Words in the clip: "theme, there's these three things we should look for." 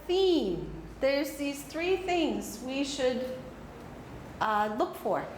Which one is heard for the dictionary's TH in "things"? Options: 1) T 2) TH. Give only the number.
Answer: 2